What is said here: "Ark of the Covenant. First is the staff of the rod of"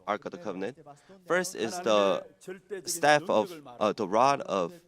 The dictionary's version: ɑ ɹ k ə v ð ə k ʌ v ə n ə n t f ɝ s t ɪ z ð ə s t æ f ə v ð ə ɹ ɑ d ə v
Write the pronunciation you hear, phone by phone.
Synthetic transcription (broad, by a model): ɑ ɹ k ə v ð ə k ʌ v ə n ə n t f ɝ s t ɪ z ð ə s t æ f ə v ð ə ɹ ɑ d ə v